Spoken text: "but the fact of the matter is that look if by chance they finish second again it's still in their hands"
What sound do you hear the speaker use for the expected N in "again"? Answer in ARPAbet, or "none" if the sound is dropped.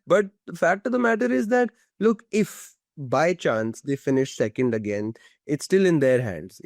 N